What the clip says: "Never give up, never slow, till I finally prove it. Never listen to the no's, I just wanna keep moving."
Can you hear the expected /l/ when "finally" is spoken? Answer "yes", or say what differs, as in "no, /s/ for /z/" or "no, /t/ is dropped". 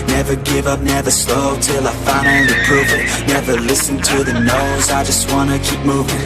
no, /n/ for /l/